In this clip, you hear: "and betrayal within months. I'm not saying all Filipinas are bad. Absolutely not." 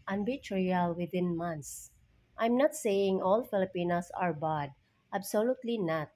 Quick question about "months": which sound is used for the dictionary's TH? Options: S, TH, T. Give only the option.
T